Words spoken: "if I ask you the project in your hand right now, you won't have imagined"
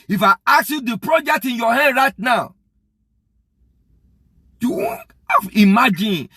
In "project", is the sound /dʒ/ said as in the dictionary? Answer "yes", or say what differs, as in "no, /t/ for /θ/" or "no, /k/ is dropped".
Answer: yes